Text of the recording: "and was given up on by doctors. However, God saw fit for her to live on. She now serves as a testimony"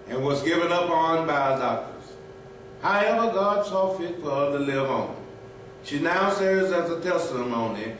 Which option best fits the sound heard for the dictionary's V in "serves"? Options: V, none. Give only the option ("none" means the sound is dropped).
none